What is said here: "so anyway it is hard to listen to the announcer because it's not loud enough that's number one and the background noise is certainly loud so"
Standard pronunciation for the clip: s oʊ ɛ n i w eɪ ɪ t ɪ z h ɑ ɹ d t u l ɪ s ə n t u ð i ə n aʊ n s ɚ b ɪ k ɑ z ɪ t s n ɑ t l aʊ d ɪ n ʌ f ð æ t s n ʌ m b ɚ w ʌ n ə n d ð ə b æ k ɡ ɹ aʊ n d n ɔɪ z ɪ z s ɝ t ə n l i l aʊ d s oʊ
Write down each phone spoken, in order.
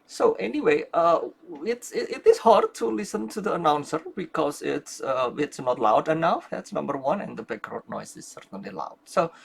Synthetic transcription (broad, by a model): s oʊ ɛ n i w eɪ ɪ t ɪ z h ɑ ɹ d t u l ɪ s ə n t u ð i ə n aʊ n s ɚ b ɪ k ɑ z ɪ t s n ɑ t l aʊ d ɪ n ʌ f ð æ t s n ʌ m b ɚ w ʌ n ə n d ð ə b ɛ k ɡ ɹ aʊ d n ɔɪ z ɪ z s ɝ t ə n l i l aʊ d s oʊ